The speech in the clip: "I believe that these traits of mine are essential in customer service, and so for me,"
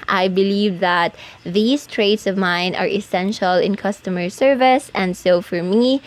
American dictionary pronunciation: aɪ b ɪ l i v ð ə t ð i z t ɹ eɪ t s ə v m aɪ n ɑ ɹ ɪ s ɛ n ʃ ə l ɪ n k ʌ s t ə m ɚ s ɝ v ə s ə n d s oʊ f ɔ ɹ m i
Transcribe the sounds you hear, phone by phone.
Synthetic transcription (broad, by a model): aɪ b ɪ l i v ð ə t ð i s t ɹ eɪ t s ə v m aɪ n ɑ ɹ ɪ s ɛ n ʃ ə l ɪ n k ʌ s t ə m ɚ s ɝ v ə s ə n d s oʊ f ɔ ɹ m i